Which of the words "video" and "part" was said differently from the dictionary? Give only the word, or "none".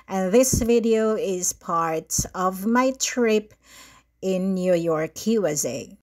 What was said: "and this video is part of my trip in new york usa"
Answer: none